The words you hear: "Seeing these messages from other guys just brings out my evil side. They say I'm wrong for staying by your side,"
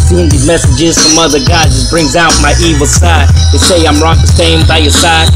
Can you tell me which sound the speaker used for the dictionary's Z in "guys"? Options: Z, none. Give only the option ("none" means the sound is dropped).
none